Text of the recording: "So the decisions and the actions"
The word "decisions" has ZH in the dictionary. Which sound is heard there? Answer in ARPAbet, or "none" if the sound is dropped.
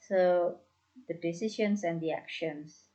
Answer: SH